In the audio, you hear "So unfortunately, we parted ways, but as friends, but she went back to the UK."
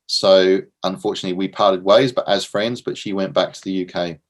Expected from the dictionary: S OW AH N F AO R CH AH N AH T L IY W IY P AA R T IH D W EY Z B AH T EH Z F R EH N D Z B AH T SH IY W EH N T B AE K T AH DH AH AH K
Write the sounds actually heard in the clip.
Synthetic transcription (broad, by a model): S OW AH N F AO CH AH N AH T L IY W IY P AA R T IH D W EY Z B AH T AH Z F R EH N D Z B AH T SH IY W EH N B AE K T AH DH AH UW K